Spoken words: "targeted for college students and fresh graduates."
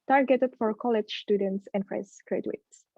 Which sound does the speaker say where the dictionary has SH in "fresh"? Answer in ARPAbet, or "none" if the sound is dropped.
S